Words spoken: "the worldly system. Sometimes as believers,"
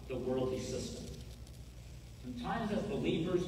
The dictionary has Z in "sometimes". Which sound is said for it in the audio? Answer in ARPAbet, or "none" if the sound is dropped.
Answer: Z